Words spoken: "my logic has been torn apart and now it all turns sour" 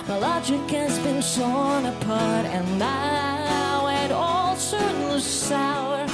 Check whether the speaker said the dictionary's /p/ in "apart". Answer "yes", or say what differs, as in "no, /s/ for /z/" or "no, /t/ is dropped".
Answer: yes